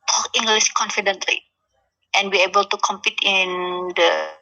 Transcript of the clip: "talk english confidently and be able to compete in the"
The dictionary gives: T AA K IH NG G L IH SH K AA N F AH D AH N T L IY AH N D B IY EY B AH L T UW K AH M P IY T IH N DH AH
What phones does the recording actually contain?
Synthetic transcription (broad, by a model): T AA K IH NG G L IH S K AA N F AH D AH N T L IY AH N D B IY EY B AH L T UW K AH M P IY T IH N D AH